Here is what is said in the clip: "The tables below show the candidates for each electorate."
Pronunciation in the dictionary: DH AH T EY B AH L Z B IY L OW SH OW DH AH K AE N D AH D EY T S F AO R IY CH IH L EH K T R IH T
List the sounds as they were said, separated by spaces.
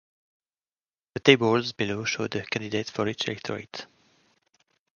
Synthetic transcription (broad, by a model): DH AH T EY B AH L Z B IY L OW SH OW DH AH K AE N D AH D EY T F AO R IY CH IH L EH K T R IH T